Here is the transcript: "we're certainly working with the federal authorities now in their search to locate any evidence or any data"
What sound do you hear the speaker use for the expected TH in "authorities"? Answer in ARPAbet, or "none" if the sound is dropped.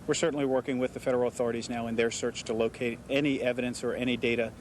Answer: TH